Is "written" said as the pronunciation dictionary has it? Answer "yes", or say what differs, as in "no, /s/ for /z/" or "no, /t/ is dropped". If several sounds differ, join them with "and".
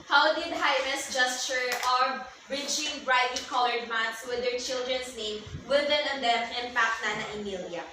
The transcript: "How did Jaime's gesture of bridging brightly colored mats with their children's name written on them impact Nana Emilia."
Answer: no, /w/ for /ɹ/